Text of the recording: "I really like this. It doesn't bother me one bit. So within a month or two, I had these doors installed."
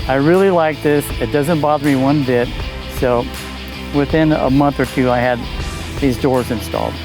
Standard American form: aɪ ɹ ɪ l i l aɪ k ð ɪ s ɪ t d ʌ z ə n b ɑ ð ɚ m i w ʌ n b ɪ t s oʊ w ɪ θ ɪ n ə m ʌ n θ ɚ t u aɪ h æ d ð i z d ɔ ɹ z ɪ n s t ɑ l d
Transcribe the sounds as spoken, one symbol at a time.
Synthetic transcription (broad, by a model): aɪ ɹ ɪ l i l aɪ k ð ɪ s ɪ t d ʌ z ə n b ɑ ð ɚ m i w ʌ n b ɪ t s oʊ w ɪ θ ɪ n ə m ʌ n θ ɚ t u aɪ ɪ d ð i z d ɔ ɹ z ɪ n s t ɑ l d